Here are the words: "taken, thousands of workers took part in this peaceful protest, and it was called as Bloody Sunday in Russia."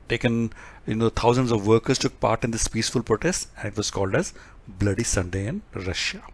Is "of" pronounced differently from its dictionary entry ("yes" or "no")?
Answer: no